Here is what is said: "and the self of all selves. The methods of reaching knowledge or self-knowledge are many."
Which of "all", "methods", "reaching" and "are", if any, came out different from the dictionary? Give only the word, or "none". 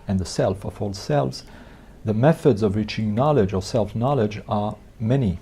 none